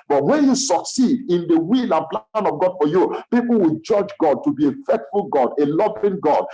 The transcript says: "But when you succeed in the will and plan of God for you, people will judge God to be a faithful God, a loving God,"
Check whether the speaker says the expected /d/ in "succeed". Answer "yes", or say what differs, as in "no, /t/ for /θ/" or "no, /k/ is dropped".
yes